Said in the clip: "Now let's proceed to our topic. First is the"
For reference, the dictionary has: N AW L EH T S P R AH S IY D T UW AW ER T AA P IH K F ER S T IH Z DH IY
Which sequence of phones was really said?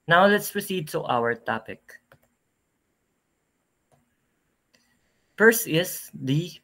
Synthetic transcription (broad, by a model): N AW L EH T S P R AH S IY D T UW AW ER T AA P IH K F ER S IH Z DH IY